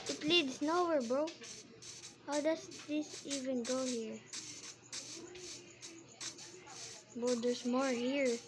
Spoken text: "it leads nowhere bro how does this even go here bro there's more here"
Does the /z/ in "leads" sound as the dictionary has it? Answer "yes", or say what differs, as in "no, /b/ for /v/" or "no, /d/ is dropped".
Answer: no, /s/ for /z/